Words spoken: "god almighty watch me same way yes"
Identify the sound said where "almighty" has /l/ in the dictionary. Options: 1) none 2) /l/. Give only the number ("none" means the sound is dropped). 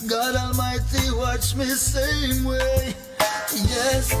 1